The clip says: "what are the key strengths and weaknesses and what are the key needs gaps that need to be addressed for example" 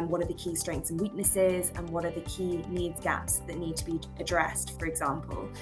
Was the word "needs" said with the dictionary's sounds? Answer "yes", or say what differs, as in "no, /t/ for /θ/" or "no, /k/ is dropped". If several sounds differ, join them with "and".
yes